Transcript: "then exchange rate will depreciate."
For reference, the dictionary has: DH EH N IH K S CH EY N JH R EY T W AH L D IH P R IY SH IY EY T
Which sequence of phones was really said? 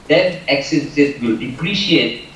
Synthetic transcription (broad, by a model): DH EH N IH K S EY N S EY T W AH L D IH P R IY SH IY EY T